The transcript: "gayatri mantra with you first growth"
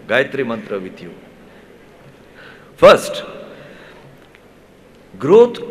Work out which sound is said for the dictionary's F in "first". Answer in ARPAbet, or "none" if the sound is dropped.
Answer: P